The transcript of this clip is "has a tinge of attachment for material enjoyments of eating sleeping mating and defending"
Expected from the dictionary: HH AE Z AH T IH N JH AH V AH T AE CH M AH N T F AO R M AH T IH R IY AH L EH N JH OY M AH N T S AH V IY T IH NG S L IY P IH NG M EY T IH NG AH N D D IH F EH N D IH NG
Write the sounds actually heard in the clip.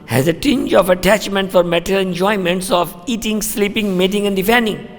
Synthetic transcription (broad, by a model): HH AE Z AH T IH N JH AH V AH T AE CH M AH N T F AO R M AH T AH L EH N JH OY M AH N T S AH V IY T IH NG S L IY P IH NG M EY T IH NG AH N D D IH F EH N D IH NG